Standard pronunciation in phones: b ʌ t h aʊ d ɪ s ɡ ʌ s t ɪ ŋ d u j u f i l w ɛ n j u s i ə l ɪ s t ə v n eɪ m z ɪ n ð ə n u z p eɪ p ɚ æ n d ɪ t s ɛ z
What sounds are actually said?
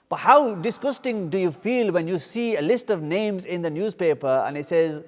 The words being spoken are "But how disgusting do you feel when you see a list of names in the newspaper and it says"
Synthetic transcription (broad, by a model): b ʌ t h aʊ d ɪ s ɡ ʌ s t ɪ ŋ d u j u f i l w ɛ n j u s i ə l ɪ s t ə v n eɪ m z ɪ n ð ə n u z p eɪ p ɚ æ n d ɪ t s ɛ z